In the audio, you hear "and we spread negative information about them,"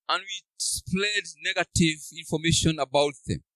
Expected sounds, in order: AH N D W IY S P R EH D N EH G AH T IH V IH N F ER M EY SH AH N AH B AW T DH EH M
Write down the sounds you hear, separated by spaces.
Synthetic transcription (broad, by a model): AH N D W IY S P L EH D N EH G AH T IH V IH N F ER M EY SH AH N AH B AW T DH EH M